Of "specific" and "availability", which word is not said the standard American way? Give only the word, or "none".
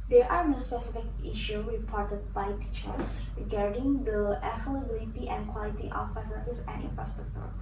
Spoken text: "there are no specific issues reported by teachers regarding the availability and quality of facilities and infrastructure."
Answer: availability